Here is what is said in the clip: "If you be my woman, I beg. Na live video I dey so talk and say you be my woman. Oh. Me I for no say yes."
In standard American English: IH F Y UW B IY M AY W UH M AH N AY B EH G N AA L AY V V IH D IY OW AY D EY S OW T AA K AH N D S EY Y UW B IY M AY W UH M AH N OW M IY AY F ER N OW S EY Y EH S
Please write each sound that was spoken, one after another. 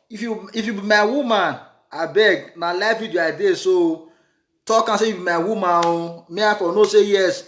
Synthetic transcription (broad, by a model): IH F Y UW B IY M AY W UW M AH N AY B EH G N AA L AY F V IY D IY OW AY D EY S OW T AA K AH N S EY Y UW B IY M AY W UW M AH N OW M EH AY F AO N OW S EY Y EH S